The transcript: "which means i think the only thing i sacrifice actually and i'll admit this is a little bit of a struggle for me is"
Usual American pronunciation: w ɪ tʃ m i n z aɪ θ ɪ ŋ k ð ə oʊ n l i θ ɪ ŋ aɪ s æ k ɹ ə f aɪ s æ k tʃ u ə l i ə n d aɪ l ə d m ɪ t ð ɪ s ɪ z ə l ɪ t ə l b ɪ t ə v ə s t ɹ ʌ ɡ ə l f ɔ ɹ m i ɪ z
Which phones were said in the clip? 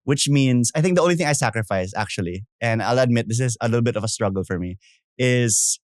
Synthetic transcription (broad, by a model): w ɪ tʃ m i n s aɪ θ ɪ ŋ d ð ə oʊ n l i θ ɪ ŋ aɪ s æ k ɹ ə f aɪ s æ k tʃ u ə l i ə n d aɪ l ə d m ɪ t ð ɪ s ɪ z ə l ɪ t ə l b ɪ t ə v ə s t ɹ ʌ ɡ ə l f ɔ ɹ m i ɪ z